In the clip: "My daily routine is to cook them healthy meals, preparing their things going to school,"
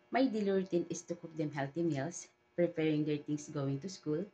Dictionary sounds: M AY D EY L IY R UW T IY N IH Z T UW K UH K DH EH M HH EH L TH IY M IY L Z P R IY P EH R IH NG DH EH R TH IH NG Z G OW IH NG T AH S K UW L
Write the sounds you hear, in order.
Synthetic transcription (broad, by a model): M AY D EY L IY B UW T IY N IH S T UW K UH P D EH M HH EH L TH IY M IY L S P R IY P EH R IH NG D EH R T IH NG S G OW IH NG T AH S K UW L